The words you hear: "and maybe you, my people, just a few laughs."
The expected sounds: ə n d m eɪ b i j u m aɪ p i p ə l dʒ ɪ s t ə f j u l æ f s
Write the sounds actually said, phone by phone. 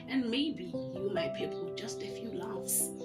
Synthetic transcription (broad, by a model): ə n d m eɪ b i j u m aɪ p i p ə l dʒ ɪ s t ə f j u l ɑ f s